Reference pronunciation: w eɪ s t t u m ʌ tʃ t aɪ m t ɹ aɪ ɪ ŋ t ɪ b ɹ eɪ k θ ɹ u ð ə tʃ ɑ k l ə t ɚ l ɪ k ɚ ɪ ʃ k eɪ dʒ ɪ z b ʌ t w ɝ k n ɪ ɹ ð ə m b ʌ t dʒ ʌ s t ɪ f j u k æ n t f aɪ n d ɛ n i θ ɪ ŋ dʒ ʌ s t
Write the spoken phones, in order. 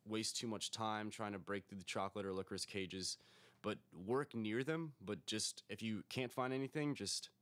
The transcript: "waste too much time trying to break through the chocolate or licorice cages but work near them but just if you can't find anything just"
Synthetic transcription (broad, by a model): w eɪ s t t u m ʌ tʃ t aɪ m t ɹ aɪ ɪ ŋ t ɪ b ɹ eɪ k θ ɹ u ð ə tʃ ɑ k l ə t ɚ l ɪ k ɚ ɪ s k eɪ dʒ ɪ z b ʌ t w ɝ k n ɪ ɹ ð ə m b ʌ t dʒ ʌ s t ɪ f j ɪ k æ n t f aɪ n d ɛ n i θ ɪ ŋ dʒ ʌ s t